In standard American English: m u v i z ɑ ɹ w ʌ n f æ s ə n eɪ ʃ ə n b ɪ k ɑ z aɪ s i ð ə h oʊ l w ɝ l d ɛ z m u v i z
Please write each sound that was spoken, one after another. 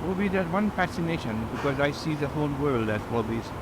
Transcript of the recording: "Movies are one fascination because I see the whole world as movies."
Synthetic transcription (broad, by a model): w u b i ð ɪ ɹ w ʌ n f æ s ə n eɪ ʃ ə n b ɪ k ɑ z aɪ s i ð ə h oʊ l w ɝ l d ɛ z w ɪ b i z